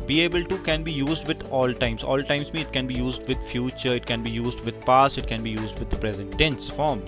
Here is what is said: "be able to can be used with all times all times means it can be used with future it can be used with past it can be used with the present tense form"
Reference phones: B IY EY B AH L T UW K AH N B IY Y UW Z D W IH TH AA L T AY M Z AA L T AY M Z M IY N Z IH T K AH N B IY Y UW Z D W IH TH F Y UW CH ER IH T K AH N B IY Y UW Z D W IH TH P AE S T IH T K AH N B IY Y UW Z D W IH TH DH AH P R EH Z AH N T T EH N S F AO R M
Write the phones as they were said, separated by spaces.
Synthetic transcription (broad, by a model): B IY EY B AH L T UW K AH N B IY Y UW Z D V IH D AA L T AY M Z AA L T AY M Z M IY IH T K AH N B IY Y UW Z D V IH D F Y UW CH ER IH T K AH N B IY Y UW Z D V IH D P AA S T IH T K AH N B IY Y UW Z D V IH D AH P R EH Z AH N T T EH N S F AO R M